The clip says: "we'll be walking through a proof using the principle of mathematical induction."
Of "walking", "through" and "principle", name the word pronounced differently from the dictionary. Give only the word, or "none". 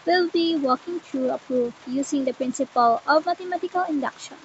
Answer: through